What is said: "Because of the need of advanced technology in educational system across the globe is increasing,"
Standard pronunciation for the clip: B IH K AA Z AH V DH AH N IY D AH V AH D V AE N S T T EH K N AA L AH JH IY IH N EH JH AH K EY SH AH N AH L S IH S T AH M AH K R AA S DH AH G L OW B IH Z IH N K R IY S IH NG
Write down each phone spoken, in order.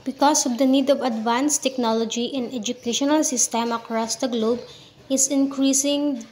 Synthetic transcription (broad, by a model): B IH K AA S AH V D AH N IY D AH V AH D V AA N S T T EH K N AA L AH JH IY IH N EH JH AH K EY SH AH N AH L S IH S T AH M AH K R AA S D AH G L OW B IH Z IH N K R IY S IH NG